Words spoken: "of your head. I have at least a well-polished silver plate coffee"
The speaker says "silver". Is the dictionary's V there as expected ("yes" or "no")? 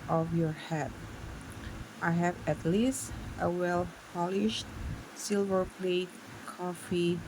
yes